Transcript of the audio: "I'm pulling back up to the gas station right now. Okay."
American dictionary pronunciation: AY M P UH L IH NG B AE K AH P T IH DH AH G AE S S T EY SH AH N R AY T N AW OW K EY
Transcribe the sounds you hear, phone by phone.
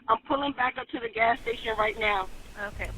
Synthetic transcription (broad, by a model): AY M P UH L IH NG B AE K AH P T IH DH AH G AE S S T EY SH AH N R AY T N AW OW K EY